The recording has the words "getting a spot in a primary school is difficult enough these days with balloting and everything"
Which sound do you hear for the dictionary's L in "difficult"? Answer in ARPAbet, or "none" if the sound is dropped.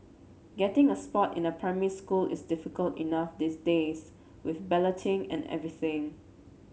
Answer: L